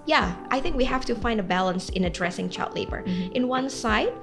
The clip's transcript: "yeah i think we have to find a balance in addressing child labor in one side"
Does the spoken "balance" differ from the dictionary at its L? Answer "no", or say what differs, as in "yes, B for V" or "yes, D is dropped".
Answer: no